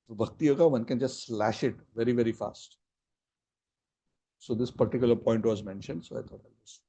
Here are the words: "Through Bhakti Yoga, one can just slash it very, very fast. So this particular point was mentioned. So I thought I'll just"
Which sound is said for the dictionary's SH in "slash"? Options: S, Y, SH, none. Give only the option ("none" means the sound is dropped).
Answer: SH